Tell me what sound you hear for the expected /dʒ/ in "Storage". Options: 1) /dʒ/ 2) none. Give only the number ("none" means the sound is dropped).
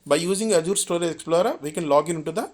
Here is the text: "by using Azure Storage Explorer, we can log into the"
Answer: 2